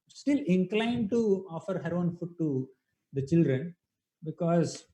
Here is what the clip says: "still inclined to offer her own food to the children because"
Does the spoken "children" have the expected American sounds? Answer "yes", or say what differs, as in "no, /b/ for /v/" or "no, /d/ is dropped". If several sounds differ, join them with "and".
yes